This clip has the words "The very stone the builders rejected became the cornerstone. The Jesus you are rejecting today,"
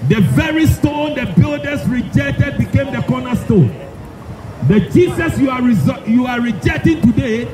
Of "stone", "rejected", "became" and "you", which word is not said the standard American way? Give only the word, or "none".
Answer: none